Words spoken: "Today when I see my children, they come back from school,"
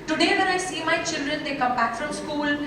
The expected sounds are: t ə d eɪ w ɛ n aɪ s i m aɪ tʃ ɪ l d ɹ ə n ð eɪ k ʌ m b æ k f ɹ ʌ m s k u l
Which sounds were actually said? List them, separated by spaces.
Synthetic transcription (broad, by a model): t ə d eɪ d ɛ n aɪ s i m aɪ tʃ ɪ l d ɹ ə n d eɪ k ʌ m b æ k f ɹ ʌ m s k u l